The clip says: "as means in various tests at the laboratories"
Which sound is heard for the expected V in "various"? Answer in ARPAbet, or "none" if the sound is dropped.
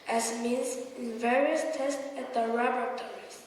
V